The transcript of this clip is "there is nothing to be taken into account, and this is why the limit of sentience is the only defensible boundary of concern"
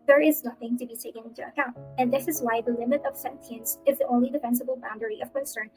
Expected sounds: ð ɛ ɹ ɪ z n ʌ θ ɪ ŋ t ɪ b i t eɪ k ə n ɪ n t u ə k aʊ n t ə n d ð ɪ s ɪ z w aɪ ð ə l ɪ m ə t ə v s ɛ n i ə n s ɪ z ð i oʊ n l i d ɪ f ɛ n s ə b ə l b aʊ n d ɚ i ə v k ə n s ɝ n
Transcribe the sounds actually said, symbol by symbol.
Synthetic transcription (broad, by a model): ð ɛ ɹ ɪ z n ʌ θ ɪ ŋ t ɪ b i t eɪ k ə n ɪ n t u ə k aʊ n t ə n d ð ɪ s ɪ z w aɪ ð ə l ɪ m ə t ə v s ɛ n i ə n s ɪ z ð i oʊ n l i d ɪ f ɛ n s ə b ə l b aʊ n d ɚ i ə v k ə n s ɝ n